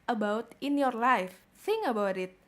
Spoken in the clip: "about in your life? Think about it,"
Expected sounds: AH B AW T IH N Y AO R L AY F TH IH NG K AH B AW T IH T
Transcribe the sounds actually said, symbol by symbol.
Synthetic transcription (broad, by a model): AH B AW T IH N Y AO R L AY F S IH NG AH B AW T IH T